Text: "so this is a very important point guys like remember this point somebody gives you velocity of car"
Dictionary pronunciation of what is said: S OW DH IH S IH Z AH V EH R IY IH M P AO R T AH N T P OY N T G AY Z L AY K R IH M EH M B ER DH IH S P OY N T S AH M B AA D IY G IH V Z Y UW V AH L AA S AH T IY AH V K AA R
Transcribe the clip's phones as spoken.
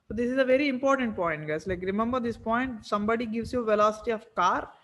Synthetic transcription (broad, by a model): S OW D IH S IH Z AH V EH R IY IH M P AO R T AH N T P OY N T G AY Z L AY K R IH M EH M B ER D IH S P OY N T S AH M B AA D IY G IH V S Y UW V AH L AA S AH T IY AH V K AA R